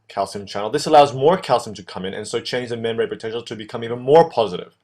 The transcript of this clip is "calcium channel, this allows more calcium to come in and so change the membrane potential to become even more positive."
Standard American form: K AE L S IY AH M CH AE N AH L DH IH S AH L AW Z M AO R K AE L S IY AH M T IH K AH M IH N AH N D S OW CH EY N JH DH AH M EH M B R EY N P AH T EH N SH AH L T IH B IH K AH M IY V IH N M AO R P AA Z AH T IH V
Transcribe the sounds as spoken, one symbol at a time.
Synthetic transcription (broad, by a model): K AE L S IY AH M CH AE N L DH IH S AH L AW Z M AO R K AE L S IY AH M T IH K AH M IH N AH N S OW CH EY N JH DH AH M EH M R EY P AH T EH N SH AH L T IH B IH K AH M IY V IH N M AO R P AA Z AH T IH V